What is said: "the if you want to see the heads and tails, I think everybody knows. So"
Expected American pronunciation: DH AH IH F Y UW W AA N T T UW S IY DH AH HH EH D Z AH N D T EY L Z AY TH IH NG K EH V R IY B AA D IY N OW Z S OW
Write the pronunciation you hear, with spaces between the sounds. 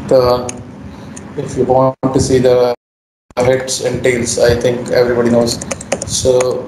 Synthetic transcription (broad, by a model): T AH IH F Y UW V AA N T T UW S IY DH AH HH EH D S AH N D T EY L S AY T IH NG K EH V R IY B AA D IY N OW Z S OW